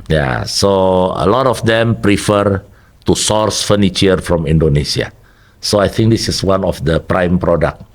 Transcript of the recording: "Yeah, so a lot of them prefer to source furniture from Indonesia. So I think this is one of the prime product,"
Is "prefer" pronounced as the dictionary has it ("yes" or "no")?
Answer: yes